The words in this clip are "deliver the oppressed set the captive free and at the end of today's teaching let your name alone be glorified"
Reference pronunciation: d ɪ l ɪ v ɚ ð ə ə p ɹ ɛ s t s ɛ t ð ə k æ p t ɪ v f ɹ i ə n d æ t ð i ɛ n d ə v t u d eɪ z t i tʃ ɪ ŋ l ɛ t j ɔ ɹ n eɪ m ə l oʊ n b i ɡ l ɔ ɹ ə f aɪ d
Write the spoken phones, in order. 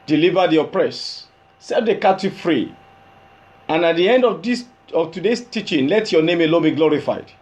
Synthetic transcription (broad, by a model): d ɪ l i v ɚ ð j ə p ɹ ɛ s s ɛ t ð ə k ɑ t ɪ f ɹ i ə n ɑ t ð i ɛ n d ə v t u d eɪ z t i tʃ ɪ ŋ l ɛ t j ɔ n eɪ m ə l oʊ n b i ɡ l ɔ ɹ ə f aɪ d